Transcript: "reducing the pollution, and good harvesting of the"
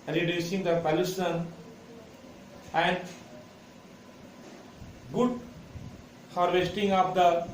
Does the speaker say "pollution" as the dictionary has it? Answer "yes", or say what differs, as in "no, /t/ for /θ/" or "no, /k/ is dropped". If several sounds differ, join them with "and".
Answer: no, /s/ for /ʃ/